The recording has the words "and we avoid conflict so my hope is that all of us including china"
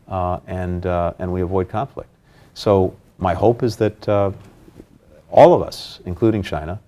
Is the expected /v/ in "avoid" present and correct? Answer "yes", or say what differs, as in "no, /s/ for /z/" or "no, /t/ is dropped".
yes